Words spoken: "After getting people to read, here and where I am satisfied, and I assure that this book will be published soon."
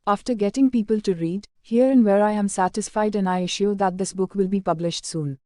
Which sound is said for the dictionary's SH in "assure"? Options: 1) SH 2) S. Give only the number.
1